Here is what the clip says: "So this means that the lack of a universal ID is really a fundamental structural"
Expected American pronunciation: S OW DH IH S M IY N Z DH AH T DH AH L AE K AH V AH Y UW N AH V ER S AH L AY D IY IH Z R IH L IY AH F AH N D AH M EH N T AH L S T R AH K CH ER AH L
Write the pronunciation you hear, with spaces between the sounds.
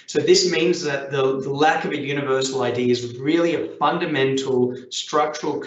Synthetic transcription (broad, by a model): S OW DH IH S M IY N Z DH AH T DH AH L AE K AH V AH Y UW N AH V ER S L AY D IY IH Z R IH L IY AH F AH N D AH M EH N T L S T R AH K CH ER L